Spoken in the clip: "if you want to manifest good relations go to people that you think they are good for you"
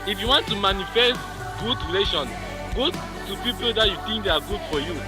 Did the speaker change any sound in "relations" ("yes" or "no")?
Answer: yes